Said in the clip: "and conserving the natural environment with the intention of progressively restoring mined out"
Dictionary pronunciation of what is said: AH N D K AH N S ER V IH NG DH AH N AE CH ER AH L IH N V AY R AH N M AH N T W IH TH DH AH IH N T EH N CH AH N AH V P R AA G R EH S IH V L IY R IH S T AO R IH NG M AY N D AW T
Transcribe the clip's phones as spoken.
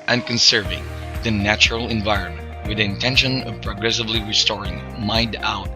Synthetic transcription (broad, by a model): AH N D K AH N S ER V IH NG DH AH N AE CH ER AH L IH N V AY R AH N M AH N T W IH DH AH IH N T EH N SH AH N AH V P R AA G R EH S IH V L IY R IH S T AO R IH NG M AY N D AW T